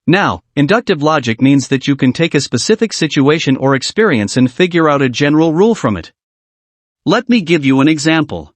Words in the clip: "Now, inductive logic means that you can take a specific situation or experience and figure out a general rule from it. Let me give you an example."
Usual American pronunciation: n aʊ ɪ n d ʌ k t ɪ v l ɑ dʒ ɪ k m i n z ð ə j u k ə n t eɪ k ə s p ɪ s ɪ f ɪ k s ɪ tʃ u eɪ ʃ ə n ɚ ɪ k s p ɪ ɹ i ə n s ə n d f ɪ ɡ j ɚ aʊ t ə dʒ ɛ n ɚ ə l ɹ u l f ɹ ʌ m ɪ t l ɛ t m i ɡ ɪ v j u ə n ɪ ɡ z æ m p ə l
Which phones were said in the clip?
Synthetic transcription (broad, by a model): n aʊ ɪ n d ʌ k t ɪ v l ɑ dʒ ɪ k m i n z ð ə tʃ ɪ k ə n t eɪ k ə s p ɪ s ɪ f ɪ k s ɪ tʃ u eɪ ʃ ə n ɚ ɪ k s p ɪ ɹ i ə n s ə n f ɪ ɡ j ɚ aʊ t ə dʒ ɛ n ɚ l ɹ u l f ɹ ʌ m ɪ t l ɛ t m i ɡ ɪ v j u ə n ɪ ɡ z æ m p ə l